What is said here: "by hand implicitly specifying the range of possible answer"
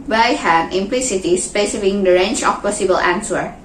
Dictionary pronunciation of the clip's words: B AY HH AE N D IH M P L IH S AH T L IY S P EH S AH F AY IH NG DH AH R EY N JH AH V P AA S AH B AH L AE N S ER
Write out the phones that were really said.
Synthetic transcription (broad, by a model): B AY HH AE D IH M P L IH S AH T IY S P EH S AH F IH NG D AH R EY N CH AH F P AA S AH B AH L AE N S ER